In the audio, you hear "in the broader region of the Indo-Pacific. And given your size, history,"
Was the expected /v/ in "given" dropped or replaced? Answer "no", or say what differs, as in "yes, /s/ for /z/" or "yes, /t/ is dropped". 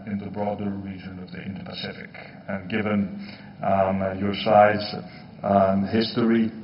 no